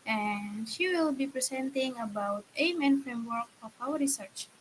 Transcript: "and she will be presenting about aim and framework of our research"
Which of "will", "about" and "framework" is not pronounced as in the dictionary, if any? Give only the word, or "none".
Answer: none